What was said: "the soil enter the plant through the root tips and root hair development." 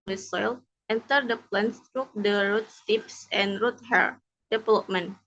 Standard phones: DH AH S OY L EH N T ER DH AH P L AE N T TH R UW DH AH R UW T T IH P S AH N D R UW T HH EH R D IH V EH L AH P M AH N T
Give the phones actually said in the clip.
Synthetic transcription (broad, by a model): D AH S OY L EH N T ER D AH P L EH N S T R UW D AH R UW T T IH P S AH N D R UW T HH EH R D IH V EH L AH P M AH N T